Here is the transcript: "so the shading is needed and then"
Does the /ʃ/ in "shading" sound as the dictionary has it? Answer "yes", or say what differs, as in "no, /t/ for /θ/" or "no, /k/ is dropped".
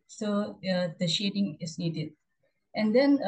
yes